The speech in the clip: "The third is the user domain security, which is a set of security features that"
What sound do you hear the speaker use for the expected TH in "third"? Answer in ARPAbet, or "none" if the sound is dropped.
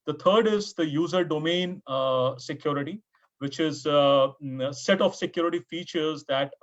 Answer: T